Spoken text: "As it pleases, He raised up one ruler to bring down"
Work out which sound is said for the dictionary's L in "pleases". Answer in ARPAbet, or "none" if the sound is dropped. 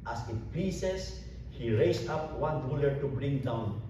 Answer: none